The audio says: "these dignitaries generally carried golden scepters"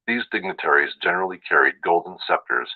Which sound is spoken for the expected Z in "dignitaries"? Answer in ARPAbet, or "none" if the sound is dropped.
Z